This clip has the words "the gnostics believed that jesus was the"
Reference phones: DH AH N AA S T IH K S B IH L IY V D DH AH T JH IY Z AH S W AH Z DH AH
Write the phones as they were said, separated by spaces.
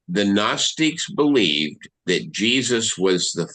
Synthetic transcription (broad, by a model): DH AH N AA S T IH K S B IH L IY V DH AH T JH IY Z AH S W AH Z DH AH